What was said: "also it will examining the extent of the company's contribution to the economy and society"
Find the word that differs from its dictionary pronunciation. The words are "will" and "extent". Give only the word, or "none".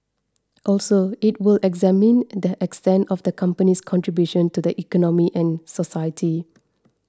none